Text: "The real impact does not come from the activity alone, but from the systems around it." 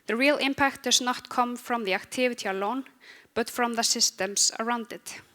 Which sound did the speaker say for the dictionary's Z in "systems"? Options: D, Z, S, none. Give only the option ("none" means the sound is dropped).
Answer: S